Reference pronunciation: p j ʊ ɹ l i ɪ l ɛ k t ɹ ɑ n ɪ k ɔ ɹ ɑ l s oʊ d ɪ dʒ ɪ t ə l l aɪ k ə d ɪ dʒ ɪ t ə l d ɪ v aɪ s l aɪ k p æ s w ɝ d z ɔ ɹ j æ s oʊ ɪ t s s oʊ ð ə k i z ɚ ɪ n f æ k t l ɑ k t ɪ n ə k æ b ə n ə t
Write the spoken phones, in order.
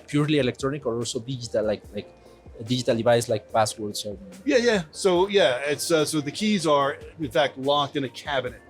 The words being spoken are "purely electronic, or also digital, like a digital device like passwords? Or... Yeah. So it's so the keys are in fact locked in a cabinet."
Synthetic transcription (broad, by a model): p j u ɹ l i ɪ l ɛ k t ɹ ɑ n ɪ k ɔ ɹ ɑ l s oʊ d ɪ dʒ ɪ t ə l l aɪ k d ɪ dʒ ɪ t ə l d ɪ v aɪ s l aɪ k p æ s w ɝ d s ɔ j j æ s oʊ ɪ t s s oʊ ð ə k i z ɚ ɪ n f æ k t l ɑ k t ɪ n ə k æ b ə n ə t